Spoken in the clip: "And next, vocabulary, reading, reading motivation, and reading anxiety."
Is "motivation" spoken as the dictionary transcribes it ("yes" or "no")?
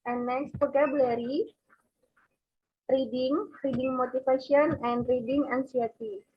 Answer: no